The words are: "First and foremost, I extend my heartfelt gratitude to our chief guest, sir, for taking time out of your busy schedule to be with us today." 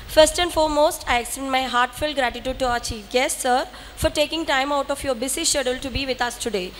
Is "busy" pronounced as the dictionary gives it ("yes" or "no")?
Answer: no